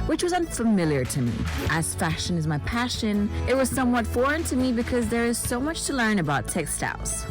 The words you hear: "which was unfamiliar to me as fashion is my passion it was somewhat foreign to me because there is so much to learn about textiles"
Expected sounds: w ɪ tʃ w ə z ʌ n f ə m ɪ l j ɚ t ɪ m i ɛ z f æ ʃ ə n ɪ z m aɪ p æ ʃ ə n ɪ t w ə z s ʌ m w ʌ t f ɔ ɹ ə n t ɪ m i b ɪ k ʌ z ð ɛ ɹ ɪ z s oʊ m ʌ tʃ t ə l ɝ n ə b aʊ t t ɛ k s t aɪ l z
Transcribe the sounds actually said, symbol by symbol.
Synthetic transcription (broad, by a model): w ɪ tʃ w ə z ʌ n f ə m ɪ l j ɚ t ɪ m i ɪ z f æ ʃ ə n ɪ z m aɪ p æ ʃ ə n ɪ t w ə z s ʌ m w ʌ t f ɔ ɹ ə n t ɪ m i b ɪ k ʌ z ð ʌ ɹ ɪ z s oʊ m ʌ tʃ t ə l ɝ n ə b aʊ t t ɛ k s t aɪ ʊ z